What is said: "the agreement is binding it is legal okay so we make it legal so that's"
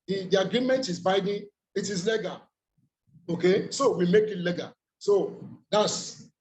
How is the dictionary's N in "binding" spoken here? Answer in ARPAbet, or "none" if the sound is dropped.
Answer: none